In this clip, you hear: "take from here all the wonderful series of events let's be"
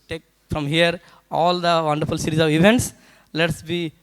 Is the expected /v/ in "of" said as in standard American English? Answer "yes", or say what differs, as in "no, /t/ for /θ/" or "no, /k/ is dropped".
yes